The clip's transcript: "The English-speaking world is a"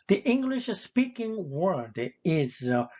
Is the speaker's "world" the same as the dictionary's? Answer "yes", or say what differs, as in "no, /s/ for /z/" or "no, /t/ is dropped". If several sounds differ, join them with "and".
no, /l/ is dropped